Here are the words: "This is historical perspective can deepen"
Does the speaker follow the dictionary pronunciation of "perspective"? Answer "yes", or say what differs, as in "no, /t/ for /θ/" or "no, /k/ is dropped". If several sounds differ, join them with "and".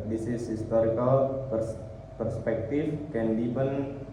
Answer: no, /f/ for /v/